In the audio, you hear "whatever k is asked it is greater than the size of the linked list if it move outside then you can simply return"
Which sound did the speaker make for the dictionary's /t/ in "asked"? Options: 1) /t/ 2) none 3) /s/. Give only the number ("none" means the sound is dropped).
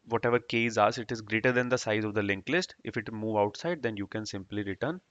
2